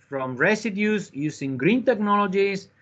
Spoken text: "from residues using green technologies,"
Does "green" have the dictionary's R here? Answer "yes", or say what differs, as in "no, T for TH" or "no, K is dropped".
yes